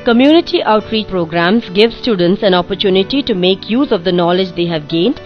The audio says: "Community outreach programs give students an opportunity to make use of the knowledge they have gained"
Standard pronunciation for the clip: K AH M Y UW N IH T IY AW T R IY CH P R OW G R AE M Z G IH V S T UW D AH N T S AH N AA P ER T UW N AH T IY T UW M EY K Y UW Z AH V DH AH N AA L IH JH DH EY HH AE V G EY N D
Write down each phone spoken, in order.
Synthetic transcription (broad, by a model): K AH M Y UW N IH T IY AW T R IY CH P R OW G R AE M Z G IH V S T UW D AH N T S AH N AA P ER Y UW N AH T IY T UW M EY K Y UW Z AH V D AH N AA L IH JH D EY HH AE V G EY N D